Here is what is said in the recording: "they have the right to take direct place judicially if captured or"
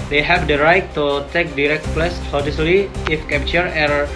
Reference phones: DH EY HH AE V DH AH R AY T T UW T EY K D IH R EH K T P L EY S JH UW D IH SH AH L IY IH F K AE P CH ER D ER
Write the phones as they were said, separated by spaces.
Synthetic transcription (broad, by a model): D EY HH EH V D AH R AY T T UW T EY K D IH R EH K T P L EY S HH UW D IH S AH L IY IH F K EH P CH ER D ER